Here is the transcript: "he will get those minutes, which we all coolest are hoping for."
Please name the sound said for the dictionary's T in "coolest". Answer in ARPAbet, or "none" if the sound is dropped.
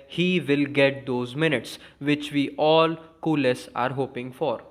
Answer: none